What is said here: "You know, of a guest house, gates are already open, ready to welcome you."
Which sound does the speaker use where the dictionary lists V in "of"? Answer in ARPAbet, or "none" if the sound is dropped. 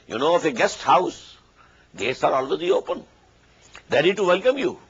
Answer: F